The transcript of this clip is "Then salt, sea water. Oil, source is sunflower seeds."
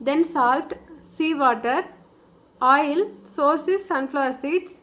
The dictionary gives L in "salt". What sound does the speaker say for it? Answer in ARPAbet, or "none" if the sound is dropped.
L